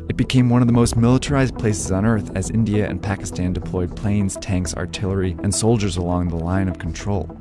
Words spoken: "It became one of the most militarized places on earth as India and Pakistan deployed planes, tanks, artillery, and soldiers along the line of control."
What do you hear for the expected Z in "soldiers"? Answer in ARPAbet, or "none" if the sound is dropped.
Z